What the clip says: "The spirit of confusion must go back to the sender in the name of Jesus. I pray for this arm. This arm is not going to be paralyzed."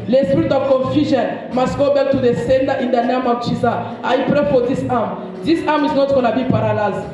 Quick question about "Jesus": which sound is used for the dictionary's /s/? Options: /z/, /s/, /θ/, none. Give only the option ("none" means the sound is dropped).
none